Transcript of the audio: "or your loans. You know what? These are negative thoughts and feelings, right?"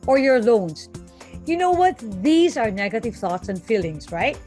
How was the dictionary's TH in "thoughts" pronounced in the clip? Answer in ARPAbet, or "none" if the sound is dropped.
TH